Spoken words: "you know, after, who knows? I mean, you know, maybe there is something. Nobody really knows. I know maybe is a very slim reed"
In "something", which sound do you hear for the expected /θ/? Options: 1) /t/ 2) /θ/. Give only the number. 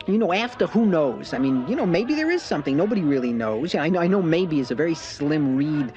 2